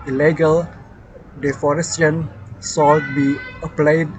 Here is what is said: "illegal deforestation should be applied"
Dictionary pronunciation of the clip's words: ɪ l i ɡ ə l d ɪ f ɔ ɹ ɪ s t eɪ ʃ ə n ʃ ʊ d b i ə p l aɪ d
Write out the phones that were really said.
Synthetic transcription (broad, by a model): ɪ l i ɡ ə l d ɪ f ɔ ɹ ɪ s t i ə n s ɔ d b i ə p l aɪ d